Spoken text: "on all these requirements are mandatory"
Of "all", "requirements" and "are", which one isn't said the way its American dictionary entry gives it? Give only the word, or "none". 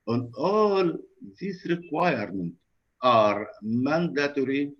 requirements